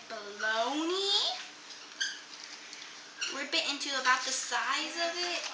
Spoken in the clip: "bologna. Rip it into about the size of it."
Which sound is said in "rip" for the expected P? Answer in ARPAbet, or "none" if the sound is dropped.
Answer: B